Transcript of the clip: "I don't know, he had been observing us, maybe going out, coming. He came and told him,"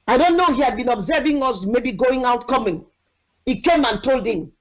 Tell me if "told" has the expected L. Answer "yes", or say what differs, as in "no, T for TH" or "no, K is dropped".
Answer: yes